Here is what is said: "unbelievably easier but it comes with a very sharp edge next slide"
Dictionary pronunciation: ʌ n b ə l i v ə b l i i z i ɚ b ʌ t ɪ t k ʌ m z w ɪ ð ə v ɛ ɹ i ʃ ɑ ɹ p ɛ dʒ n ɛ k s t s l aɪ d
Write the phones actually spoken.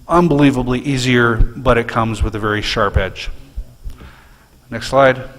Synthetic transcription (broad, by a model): ʌ n b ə l i v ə b l i i z i ɚ b ʌ t ɪ t k ʌ m z w ɪ ð ə v ɛ ɹ i ʃ ɑ ɹ p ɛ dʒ n ɛ k s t s l aɪ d